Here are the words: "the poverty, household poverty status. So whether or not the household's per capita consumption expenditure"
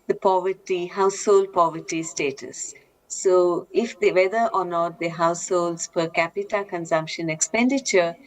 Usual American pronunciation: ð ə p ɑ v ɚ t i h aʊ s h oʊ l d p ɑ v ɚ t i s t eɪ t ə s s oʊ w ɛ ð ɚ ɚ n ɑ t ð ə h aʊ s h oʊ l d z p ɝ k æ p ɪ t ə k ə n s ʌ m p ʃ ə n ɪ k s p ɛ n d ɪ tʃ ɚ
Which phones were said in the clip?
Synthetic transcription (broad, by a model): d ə p ɑ v ɚ t i h aʊ s h oʊ l d p ɑ v ɚ t i s t eɪ t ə s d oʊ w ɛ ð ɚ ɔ n ɑ t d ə h aʊ s h oʊ l d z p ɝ k æ p ɪ t ə k ə n s ʌ m p ʃ ə n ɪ k s p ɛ n d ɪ tʃ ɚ